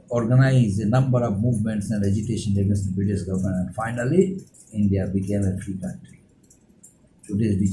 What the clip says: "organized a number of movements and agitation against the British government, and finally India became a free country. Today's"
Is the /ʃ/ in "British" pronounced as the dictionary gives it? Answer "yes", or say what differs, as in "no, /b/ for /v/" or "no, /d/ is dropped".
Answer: no, /s/ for /ʃ/